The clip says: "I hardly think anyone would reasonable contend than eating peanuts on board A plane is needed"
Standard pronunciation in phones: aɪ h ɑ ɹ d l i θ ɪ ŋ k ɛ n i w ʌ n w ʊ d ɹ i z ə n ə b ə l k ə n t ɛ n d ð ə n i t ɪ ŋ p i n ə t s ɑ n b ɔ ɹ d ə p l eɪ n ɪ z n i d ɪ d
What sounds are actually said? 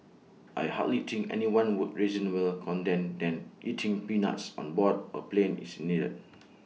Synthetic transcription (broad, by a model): aɪ h ɑ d l i t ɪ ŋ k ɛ n i w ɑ n w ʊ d ɹ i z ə n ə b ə l k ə n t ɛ n d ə n i t ɪ ŋ p i n ə t s ɑ n b ɔ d ə p l eɪ n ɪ s n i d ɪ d